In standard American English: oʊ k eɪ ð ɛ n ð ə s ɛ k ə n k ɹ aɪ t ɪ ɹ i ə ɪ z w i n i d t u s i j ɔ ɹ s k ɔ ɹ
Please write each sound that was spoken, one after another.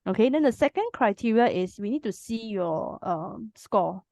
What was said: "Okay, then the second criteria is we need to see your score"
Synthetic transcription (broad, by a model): oʊ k eɪ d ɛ n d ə s ɛ k ə n k ɹ aɪ t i ɹ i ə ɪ s w i n i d t u s i j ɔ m s k ɔ